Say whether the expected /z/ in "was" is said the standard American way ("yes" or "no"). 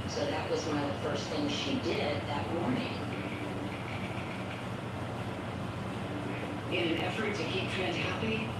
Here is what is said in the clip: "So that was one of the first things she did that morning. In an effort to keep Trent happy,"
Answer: yes